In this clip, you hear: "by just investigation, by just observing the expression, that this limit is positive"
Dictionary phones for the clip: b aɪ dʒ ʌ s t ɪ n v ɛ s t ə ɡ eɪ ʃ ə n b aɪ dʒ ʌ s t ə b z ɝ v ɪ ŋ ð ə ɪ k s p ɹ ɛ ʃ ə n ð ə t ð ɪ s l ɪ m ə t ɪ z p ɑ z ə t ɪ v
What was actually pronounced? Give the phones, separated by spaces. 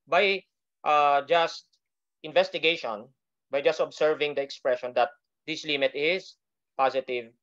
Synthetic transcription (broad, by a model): b aɪ dʒ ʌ s t ɪ n v ɛ s t ə ɡ eɪ ʃ ə n b aɪ dʒ ʌ s t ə b s ɝ v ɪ ŋ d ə ɪ k s p ɹ ɛ ʃ ə n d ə t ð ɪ s l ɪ m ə t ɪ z p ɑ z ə t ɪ v